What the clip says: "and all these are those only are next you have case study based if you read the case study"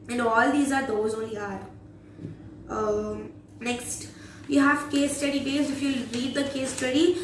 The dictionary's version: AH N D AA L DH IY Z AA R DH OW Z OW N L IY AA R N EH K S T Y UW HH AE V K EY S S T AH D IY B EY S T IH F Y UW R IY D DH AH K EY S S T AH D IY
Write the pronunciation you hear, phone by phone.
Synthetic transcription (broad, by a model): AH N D AA L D IY Z AA R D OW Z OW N IY AA R N EH K S T Y UW HH AE V K EY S S T AH D IY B EY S IH F Y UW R IY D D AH K EY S S T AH D IY